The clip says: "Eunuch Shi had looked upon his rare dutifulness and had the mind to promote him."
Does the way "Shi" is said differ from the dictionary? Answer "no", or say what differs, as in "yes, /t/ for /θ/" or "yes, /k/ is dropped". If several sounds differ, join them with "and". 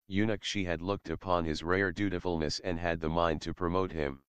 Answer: no